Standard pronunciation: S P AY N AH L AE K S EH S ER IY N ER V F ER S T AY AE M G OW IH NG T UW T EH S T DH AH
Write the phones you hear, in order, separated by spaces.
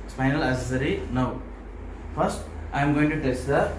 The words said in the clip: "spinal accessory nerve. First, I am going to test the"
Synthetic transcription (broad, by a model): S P AY N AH L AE S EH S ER IY N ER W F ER S T AY M G OW IH NG T UW T EH S T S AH